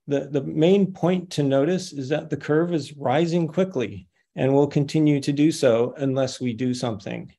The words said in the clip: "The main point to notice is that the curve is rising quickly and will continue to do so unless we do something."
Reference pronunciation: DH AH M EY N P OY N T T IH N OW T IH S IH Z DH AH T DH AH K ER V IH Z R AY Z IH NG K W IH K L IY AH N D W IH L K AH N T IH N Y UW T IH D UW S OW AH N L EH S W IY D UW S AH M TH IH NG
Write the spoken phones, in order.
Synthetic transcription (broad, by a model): DH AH M EY N P OY N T T IH N OW T IH S IH Z DH AH T DH AH K ER V IH Z R AY Z IH NG K W IH K L IY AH N W IH L K AH N T IH N Y UW T IH D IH S OW AH N L EH S W IY D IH S AH M TH IH NG